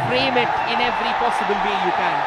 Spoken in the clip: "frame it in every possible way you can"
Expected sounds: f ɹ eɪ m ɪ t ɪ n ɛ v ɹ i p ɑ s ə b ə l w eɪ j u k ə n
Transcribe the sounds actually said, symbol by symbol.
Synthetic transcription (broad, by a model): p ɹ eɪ m ɪ t ɪ n ɛ v ɹ i p ɑ s ə b ə l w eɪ j u k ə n